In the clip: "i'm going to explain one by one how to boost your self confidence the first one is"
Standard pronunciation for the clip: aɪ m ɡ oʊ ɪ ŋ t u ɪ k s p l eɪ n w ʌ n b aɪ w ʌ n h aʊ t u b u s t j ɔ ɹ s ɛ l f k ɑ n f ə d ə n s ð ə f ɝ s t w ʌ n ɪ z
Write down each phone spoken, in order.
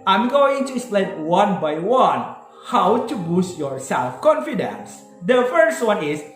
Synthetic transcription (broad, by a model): aɪ m ɡ oʊ ɪ ŋ t u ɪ s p l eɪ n w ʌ n b aɪ w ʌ n h aʊ t u b u s t j ɔ ɹ s ɛ l f k ɑ n f ə d ə n s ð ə f ɝ s t w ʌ n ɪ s